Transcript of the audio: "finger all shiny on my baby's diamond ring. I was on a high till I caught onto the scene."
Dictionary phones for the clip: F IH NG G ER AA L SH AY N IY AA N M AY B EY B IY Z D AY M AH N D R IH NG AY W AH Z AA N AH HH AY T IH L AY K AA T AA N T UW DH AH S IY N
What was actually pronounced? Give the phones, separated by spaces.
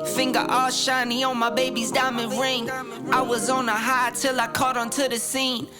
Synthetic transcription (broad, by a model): F IH NG G ER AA SH AY N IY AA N M AY B EY B IY Z D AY M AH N R IH NG AY W AH Z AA N AH HH AY T IH L AY K AA T N T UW DH AH S IY N